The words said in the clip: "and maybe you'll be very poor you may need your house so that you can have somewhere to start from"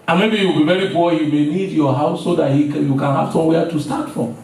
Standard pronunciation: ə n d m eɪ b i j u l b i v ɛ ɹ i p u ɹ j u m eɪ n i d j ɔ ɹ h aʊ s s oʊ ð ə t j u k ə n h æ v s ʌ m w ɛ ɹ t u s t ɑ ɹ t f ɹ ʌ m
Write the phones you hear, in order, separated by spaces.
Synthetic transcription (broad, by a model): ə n m eɪ b i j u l b i v ɛ ɹ i b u j u m eɪ n i d j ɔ h aʊ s s oʊ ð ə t j u k ə n h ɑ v s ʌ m w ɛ t u s t ɑ t f ɹ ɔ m